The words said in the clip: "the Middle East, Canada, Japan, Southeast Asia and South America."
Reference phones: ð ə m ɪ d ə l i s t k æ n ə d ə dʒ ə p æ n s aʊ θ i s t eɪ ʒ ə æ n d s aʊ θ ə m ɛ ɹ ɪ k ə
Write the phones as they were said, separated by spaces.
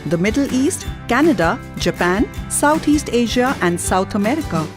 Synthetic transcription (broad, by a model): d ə m ɪ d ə l i s t k æ n ə d ə dʒ ə p æ n s aʊ t i s t eɪ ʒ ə æ n d s aʊ t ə m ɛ ɹ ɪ k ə